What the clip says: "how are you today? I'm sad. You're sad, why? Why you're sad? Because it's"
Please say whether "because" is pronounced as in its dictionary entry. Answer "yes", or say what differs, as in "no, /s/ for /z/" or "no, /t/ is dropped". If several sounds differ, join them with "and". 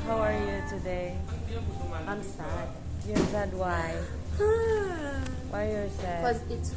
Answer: no, /k/ is dropped